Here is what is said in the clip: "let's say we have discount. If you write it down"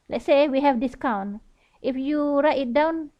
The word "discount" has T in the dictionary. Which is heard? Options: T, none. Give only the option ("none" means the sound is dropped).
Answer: T